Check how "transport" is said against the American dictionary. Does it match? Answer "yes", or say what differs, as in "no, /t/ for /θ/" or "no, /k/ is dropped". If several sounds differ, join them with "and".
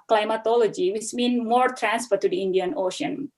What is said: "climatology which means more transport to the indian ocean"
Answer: no, /f/ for /p/